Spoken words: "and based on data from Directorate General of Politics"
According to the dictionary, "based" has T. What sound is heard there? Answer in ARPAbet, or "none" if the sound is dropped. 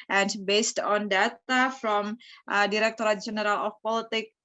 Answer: T